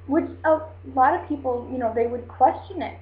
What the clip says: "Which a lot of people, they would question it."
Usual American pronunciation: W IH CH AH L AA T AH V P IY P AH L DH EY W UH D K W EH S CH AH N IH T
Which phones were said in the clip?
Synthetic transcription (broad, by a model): W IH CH AH L AA T AH V P IY P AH N DH EY W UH D K W EH S CH AH N IH T